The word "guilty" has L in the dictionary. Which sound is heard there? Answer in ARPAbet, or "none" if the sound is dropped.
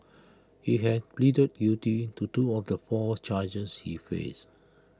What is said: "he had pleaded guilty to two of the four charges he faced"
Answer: none